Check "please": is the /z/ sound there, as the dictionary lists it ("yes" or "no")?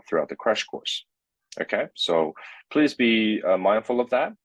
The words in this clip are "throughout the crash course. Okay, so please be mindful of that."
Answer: yes